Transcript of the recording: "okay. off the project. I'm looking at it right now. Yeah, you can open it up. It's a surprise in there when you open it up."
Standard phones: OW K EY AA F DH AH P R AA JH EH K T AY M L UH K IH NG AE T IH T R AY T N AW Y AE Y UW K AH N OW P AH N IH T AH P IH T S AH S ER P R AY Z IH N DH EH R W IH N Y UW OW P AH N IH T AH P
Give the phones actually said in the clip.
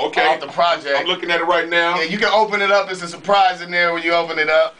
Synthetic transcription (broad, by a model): OW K EY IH DH AH P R AA JH EH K AY M L UH K IH NG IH T IH T R AY T N AW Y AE Y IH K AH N OW P AH N IH T AH P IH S AH S ER P R AY Z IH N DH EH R W IH N Y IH OW P AH N IH T AH P